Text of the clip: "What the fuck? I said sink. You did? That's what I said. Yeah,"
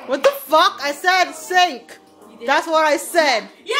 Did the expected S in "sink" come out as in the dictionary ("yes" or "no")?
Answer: yes